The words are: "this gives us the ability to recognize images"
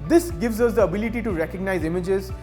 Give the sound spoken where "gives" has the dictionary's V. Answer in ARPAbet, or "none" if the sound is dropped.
V